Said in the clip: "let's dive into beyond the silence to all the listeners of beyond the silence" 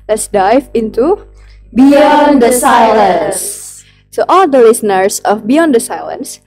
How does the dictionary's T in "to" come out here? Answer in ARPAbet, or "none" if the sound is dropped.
S